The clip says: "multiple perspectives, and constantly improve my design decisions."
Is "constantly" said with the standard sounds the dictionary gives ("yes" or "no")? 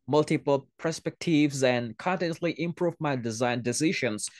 no